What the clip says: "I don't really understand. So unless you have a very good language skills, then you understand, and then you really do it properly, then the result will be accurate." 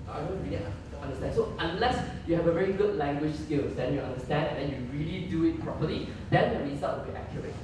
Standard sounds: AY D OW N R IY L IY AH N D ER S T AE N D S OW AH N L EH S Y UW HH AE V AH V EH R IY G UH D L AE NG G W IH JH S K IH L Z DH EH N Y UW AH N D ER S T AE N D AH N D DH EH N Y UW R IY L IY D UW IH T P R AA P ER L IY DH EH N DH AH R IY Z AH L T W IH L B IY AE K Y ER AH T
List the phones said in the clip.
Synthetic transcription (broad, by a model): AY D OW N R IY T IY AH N D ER S T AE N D S OW AH N L EH S Y UW HH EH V AH V EH R IY G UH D L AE NG G W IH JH S K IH L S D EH N Y UW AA N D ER S T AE N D AH N D EH N Y UW R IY L IY D UW IH T P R AA P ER L IY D EH N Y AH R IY S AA T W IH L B IY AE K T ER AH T